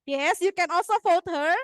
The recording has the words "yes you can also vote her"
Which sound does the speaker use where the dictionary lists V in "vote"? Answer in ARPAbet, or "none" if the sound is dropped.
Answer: F